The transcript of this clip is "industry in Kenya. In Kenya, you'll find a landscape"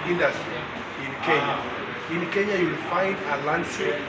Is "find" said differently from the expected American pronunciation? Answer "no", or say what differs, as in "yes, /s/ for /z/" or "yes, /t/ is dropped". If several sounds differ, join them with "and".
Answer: no